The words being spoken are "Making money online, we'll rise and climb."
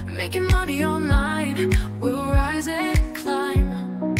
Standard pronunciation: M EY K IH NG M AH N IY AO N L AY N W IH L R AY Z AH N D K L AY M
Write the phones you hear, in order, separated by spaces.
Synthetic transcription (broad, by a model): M EY K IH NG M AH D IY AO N AY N W IH L R AY Z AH K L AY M